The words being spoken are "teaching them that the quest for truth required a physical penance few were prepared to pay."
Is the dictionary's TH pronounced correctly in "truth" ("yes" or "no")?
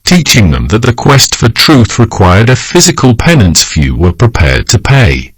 yes